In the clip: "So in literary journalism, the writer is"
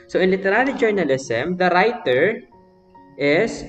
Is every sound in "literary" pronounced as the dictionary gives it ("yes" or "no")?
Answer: no